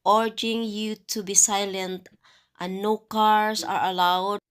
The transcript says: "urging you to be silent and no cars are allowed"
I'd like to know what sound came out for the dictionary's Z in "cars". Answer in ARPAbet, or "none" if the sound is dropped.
S